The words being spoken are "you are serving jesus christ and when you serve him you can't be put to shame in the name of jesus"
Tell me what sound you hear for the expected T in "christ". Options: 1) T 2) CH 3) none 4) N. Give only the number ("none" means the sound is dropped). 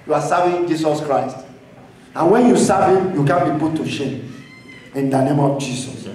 1